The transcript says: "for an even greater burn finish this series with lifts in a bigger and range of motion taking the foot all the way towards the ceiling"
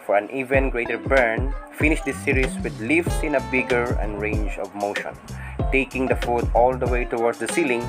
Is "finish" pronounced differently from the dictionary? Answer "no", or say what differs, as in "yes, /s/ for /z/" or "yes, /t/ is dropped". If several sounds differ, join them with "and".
no